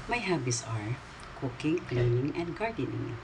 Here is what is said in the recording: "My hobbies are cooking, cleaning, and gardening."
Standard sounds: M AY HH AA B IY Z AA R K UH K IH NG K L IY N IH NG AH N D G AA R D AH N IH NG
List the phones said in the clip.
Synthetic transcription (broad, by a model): M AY HH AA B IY S AA R K UH K IH NG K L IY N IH NG AH N D G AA R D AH N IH NG